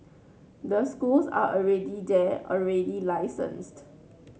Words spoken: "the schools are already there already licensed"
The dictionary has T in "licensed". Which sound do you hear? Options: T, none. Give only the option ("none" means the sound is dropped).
T